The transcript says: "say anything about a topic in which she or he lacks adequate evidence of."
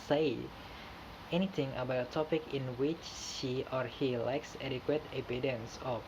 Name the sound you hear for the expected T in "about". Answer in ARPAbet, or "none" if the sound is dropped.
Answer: none